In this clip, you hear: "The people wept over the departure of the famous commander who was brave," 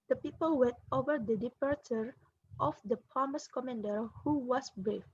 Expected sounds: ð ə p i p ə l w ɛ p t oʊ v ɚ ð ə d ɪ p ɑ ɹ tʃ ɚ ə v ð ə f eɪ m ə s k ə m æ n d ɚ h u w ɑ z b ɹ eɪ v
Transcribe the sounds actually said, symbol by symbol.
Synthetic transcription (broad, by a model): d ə p i p ə l w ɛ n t oʊ v ɚ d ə d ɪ p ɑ ɹ tʃ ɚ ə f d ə p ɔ m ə s k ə m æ n d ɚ h u w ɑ s b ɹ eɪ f